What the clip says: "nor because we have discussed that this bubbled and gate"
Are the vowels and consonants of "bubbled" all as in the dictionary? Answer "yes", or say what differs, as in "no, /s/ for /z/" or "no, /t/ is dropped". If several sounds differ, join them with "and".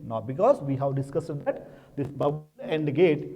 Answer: no, /d/ is dropped